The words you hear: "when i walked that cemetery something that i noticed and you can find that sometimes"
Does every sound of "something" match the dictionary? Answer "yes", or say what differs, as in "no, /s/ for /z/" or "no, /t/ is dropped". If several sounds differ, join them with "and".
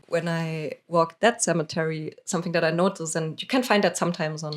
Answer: yes